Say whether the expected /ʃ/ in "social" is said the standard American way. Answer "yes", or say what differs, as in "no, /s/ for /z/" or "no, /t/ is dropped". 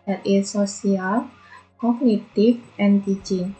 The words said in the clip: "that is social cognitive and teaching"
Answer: no, /s/ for /ʃ/